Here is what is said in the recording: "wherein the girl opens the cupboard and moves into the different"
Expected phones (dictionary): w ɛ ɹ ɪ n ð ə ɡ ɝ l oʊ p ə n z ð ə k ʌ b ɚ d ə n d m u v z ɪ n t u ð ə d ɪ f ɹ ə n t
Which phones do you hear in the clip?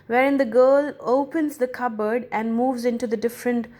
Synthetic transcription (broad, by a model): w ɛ ɹ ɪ n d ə ɡ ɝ l oʊ p ə n z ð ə k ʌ b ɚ d ə n d m u v z ɪ n t u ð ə d ɪ f ɹ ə n t